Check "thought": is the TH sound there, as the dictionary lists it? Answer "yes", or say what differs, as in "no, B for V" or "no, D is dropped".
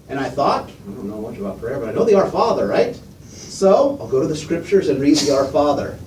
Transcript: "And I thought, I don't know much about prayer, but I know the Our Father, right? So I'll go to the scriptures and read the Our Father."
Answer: yes